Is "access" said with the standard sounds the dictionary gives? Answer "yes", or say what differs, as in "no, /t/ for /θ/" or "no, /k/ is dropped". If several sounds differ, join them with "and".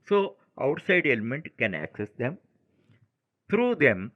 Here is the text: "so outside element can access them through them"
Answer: yes